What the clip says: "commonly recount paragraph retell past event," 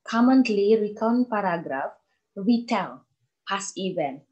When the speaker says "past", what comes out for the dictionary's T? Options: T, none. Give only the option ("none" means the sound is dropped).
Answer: none